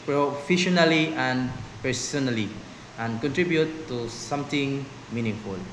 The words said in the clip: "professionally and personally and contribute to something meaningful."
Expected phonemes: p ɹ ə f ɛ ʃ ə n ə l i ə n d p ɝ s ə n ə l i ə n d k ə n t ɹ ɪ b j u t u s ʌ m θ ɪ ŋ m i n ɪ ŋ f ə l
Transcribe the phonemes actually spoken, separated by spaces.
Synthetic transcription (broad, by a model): p ɹ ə f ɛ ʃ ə n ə l i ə n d p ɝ s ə n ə l i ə n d k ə n t ɹ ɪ b j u t u s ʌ m t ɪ ŋ m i n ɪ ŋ f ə l